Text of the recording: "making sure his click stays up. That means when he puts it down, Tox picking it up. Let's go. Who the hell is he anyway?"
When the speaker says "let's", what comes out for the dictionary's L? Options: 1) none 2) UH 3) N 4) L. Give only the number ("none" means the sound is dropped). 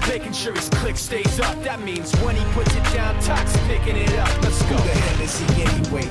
3